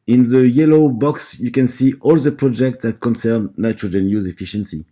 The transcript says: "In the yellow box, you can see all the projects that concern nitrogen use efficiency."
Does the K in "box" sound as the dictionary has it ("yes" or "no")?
yes